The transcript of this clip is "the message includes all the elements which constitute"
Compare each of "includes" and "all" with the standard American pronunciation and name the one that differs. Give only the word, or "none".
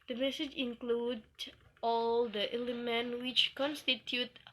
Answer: includes